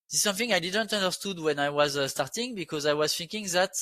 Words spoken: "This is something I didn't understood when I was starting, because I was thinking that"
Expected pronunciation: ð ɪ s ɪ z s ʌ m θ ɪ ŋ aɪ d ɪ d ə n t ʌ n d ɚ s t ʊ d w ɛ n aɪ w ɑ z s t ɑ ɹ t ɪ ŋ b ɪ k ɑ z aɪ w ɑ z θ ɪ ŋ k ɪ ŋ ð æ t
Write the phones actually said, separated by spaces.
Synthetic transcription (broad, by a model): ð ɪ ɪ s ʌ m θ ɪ ŋ aɪ d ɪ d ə n t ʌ n d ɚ s t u d w ɛ n aɪ w ɑ z s t ɑ ɹ t ɪ ŋ b ɪ k ɑ z aɪ w ɑ z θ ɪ ŋ k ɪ ŋ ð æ t